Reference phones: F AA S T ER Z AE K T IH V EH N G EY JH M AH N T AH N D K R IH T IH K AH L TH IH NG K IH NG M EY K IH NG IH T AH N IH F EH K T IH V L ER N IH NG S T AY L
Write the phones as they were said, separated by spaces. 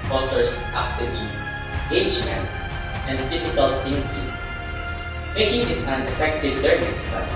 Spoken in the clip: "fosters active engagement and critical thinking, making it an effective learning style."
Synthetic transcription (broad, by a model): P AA S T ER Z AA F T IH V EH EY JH AH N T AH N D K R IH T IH K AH L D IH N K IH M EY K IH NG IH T AH N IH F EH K T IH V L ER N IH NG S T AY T